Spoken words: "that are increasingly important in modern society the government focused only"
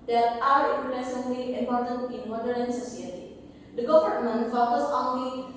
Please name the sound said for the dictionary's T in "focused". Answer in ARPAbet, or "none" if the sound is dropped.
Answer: none